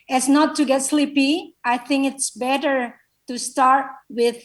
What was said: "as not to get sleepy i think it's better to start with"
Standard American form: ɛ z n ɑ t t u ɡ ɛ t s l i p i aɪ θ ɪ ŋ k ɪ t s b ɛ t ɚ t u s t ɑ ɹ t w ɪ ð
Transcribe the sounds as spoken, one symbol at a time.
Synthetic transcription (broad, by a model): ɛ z n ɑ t t u ɡ ɛ t s l i p i aɪ θ ɪ ŋ k ɪ t s b ɛ t ɚ t u s t ɑ ɹ t w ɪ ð